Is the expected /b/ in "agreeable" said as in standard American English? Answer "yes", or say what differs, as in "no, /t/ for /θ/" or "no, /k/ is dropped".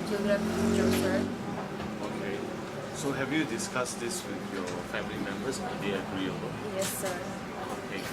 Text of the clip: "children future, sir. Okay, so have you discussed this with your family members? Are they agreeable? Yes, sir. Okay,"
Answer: no, /b/ is dropped